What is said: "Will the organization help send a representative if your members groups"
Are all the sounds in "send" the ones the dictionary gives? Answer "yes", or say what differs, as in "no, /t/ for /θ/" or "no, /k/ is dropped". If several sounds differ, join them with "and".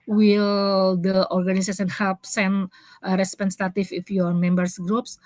no, /d/ is dropped